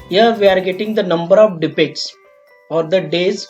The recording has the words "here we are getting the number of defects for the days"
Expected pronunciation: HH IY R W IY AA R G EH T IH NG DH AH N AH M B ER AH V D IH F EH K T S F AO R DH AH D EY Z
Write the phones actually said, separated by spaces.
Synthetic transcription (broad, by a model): HH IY R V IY AA R G EH T IH NG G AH N AH M B ER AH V D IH P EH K T S F AO R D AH D EY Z